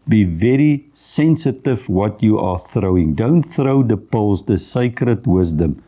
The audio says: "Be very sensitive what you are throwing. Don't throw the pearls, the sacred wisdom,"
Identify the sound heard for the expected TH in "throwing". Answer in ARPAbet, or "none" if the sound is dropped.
TH